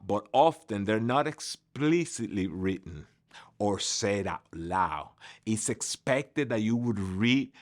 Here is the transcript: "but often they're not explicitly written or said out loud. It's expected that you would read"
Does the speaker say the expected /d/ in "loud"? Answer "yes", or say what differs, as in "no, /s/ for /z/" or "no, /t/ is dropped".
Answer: no, /d/ is dropped